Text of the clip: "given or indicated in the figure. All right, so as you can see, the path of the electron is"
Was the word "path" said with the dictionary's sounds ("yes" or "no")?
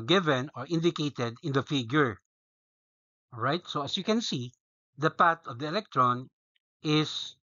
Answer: no